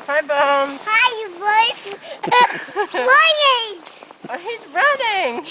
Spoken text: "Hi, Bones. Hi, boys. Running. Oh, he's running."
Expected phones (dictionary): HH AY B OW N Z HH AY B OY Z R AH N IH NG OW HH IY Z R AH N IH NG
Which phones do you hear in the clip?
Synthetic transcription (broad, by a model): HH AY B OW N HH AY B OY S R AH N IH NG OW HH IY Z R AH N IH NG